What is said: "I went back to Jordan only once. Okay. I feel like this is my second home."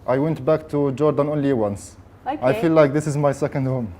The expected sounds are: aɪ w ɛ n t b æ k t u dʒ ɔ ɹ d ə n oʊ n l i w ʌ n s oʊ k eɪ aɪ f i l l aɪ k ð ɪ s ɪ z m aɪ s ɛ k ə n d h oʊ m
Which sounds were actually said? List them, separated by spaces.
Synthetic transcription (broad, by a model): aɪ w ɛ n t b æ k t u dʒ ɔ ɹ d ə n oʊ n l i w ʌ n s aɪ f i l l aɪ k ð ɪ s ɪ z m aɪ s ɛ k ə n d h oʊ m